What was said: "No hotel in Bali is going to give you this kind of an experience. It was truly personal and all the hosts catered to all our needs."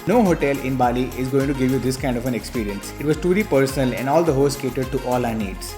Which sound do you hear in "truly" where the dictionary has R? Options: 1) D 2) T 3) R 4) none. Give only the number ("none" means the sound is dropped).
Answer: 4